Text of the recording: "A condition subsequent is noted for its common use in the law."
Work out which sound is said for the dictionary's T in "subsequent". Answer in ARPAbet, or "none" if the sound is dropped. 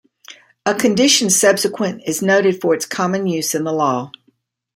none